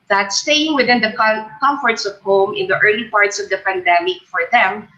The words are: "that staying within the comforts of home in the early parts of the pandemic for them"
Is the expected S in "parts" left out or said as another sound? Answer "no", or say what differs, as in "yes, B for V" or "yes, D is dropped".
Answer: no